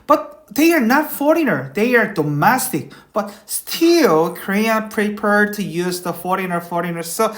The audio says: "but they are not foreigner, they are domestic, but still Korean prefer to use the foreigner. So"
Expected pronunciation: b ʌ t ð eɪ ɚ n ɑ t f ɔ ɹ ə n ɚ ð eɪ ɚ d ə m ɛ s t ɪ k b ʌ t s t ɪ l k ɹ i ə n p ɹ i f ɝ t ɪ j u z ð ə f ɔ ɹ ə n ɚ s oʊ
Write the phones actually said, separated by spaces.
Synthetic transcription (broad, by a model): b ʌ t ð eɪ ɚ n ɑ t f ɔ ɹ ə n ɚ ð eɪ ɚ d ə m ɛ s t ɪ k b ʌ t s t ɪ l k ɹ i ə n p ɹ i p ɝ t ɪ j u z ð ə f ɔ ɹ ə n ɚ s oʊ